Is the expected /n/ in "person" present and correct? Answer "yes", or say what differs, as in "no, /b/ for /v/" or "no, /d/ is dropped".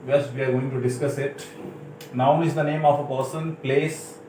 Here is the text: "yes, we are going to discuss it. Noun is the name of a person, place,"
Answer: yes